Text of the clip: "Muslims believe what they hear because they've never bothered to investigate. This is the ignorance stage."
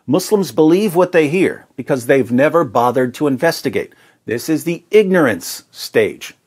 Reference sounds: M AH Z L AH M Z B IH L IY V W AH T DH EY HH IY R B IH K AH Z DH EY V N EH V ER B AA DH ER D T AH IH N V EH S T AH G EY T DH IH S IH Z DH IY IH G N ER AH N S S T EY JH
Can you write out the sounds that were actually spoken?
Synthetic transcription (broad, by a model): M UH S L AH M Z B IH L IY V W AH T DH EY HH IY R B IH K AH Z DH EY V N EH V ER B AA DH ER D T AH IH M V EH S T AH G EY T DH IH S IH Z DH IY IH G N ER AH N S S T EY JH